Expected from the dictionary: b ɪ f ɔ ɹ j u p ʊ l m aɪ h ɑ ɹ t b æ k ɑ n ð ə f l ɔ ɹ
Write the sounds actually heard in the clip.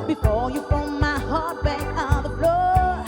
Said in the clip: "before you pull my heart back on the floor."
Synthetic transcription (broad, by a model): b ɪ f ɔ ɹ j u f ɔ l m aɪ h ɑ ɹ t b æ k ɑ n ð ə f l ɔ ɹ